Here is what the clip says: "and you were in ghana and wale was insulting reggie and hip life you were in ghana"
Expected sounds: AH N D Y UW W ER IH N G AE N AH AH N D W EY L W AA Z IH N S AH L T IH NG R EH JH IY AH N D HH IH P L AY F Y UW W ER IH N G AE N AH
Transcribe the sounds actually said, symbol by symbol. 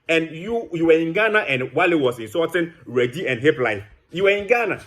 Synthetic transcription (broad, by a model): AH N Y Y UW W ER IH N G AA N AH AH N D W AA L W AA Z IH N S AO T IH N R EH JH IY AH N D HH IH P L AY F Y UW W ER IH N G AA N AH